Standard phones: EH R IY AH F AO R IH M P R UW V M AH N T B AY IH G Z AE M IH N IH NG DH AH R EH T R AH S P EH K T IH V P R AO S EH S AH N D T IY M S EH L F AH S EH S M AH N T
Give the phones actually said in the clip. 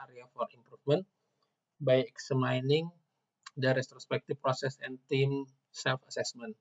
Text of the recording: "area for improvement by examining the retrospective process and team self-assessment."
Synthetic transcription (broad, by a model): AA R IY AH F AO R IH M P R UW F M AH N T B AY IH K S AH M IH N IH NG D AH R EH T R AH S P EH K T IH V P R AO S EH S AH N T IY M S EH L F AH S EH S M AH N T